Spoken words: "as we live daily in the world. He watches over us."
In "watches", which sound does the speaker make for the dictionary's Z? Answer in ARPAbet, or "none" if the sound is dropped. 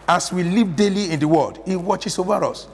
S